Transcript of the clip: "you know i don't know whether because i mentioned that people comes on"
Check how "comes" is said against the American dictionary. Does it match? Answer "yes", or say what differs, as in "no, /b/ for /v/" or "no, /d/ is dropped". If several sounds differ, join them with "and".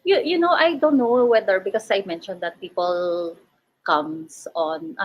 no, /s/ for /z/